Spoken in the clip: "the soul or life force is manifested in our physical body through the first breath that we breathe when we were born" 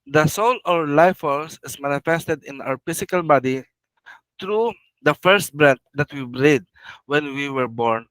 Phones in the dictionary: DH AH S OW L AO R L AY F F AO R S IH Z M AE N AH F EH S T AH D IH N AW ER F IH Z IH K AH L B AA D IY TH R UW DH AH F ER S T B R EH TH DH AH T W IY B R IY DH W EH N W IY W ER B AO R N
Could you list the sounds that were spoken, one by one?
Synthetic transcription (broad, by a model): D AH S OW L AO R L AY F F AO L S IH S M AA N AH F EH S T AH D IH N AW ER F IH S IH K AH L B AA D IY T R UW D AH F ER S T B R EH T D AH T W IY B R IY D W EH N W IY W ER B AO R N